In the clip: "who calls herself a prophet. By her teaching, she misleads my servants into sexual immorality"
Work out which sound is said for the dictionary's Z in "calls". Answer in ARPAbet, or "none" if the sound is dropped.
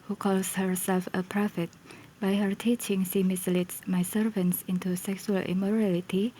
S